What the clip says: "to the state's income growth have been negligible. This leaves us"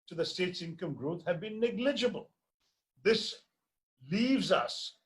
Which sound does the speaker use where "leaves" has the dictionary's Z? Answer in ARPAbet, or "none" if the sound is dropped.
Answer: Z